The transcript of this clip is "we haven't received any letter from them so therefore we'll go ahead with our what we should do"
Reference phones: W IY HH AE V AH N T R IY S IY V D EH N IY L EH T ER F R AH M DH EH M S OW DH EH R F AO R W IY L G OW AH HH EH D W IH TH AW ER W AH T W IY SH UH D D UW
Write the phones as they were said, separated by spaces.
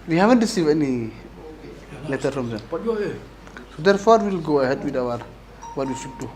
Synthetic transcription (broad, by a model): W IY HH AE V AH N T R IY S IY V EH N IY L EH T ER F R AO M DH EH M S OW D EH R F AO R W IY L G OW AH HH EH D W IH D AW ER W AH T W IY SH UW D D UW